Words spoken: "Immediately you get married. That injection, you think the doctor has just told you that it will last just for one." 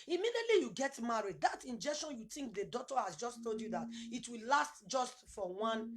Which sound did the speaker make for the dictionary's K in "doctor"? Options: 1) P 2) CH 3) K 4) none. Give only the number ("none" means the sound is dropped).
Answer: 4